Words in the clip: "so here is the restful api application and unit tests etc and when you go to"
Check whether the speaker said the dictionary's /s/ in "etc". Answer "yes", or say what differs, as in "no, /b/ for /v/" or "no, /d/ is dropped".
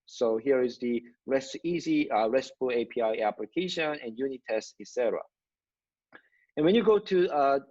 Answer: yes